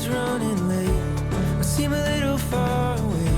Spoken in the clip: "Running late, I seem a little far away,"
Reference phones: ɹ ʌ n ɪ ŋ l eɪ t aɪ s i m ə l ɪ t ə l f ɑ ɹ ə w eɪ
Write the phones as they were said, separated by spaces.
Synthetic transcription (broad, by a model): ɹ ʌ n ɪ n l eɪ aɪ s i m ə l ɪ t l f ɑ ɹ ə w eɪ